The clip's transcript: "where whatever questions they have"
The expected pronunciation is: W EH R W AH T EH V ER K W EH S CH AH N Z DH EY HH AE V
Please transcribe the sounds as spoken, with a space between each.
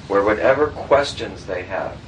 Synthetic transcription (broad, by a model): W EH R W AH T EH V ER K W EH S CH AH N Z DH EY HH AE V